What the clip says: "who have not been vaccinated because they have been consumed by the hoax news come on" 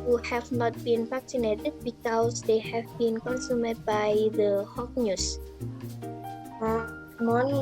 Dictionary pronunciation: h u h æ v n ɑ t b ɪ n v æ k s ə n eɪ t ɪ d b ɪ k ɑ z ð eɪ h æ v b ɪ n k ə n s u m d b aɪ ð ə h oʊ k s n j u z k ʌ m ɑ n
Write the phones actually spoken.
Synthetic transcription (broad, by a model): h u h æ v n ɑ t b ɪ n p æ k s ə n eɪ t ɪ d b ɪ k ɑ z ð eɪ h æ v b ɪ n k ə n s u m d b aɪ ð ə h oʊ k n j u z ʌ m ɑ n